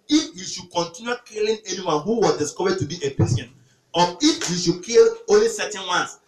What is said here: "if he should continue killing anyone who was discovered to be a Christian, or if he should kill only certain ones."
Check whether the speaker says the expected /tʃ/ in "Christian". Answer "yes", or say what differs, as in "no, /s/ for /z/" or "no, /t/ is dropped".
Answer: no, /tʃ/ is dropped